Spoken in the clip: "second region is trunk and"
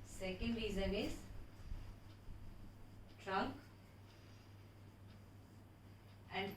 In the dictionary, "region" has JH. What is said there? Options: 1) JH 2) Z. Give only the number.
2